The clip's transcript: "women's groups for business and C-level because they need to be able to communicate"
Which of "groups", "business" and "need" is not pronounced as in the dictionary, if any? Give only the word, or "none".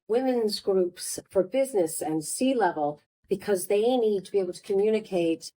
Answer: none